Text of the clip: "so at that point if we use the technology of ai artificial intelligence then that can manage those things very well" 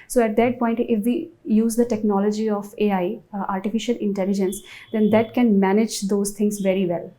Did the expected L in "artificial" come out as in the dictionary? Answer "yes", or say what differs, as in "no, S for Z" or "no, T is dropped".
yes